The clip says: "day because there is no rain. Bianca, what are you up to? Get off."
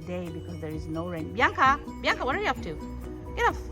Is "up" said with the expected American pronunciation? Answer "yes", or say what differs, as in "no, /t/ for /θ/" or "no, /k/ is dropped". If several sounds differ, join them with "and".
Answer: no, /f/ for /p/